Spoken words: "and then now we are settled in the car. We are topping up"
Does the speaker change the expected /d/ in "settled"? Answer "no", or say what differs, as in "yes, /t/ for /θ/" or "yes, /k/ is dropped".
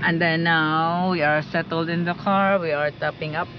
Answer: no